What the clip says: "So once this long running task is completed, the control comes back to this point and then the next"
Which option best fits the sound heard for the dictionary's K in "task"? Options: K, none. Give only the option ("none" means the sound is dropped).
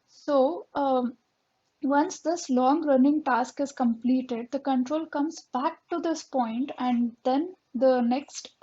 K